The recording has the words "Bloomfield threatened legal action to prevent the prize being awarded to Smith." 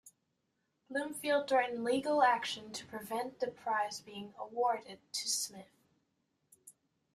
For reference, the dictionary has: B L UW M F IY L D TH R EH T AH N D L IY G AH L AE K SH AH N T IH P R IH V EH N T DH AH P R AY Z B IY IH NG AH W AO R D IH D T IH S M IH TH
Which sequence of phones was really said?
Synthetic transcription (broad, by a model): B L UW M F IY L D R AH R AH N L IY G L AE K SH AH N T IH P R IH V EH N DH AH P R AY Z B IY IH NG AH W AO R D IH D T IH S M IH TH